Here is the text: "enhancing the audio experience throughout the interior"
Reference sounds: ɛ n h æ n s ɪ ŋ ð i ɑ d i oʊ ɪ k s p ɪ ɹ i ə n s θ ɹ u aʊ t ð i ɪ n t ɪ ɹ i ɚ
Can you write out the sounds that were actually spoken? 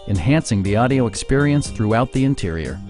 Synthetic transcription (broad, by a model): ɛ n h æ n s ɪ ŋ ð i ɑ d i oʊ ɪ k s p ɪ ɹ i ə n s θ ɹ u aʊ t ð i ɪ n t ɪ ɹ i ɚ